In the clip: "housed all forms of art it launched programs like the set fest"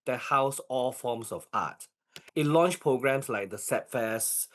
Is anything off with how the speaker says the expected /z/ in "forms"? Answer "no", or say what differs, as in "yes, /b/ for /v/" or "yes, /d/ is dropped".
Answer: yes, /s/ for /z/